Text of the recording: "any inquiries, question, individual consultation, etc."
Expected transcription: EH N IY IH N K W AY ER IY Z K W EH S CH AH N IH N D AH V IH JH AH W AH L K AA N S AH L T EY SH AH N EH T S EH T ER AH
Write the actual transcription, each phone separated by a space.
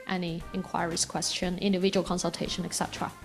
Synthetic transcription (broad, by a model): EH N IY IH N K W AY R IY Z K W EH S CH AH N IH N D AH V IH JH AH W AH L K AA N S AH L T EY SH AH N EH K S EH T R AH